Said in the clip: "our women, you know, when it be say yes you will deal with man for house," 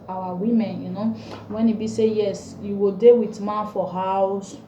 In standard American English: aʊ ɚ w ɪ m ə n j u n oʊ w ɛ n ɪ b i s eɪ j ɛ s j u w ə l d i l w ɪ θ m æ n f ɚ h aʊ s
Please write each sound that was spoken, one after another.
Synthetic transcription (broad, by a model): aʊ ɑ w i m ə n j u n oʊ w ɛ n ɪ b i s eɪ j ɛ s j u w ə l d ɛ w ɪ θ m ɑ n f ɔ h aʊ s